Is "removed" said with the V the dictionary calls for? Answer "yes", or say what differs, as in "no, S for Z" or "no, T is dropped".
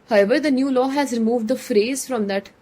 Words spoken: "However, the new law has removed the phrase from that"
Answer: yes